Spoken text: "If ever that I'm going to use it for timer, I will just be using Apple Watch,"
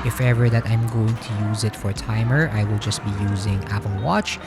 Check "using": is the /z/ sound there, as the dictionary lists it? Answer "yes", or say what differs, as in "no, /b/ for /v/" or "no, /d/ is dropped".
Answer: yes